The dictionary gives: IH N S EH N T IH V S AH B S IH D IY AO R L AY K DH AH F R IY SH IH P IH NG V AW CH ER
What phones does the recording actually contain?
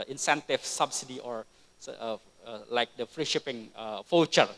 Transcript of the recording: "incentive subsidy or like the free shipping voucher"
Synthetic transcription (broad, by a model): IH N S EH N T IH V S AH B S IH D IY AO R L AY K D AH F R IY SH IH P IH NG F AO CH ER